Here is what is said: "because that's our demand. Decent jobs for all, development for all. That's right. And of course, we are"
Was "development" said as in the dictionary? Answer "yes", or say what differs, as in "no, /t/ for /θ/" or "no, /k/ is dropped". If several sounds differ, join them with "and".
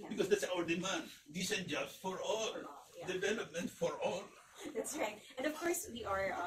yes